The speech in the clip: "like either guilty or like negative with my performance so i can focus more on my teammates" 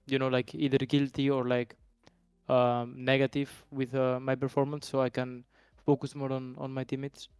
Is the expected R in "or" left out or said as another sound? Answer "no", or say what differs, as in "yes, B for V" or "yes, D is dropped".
no